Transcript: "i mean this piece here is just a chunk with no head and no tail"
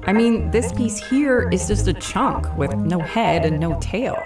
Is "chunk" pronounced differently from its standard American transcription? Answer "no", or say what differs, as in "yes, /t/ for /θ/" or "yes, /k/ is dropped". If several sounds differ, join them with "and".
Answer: no